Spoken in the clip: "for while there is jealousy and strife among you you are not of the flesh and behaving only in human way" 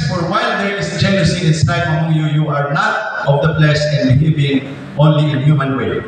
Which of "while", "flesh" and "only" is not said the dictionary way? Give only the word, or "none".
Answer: flesh